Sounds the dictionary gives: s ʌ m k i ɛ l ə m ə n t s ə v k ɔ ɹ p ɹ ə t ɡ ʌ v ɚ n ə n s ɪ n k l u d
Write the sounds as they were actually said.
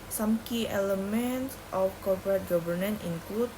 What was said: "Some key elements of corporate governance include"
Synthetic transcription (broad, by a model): s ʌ m k i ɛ l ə m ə n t s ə f k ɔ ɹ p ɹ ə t ɡ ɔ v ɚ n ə n ɪ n k l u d